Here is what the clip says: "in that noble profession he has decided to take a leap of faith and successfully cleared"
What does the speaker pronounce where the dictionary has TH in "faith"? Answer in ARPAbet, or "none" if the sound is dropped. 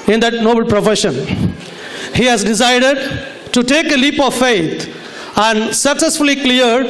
T